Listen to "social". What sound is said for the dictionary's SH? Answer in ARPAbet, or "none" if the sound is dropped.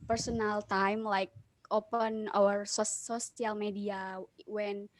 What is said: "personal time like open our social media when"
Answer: S